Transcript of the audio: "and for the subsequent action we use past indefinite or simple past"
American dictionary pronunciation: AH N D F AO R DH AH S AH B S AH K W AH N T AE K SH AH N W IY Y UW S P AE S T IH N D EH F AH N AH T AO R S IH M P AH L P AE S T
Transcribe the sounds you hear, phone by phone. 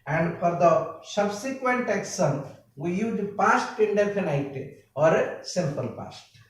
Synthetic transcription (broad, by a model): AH N D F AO R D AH S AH B S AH K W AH N T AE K S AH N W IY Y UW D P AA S T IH N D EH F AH N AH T AO R S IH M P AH L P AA S T